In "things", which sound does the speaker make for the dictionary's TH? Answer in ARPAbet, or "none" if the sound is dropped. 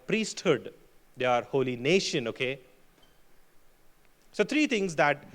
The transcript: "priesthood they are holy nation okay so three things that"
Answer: T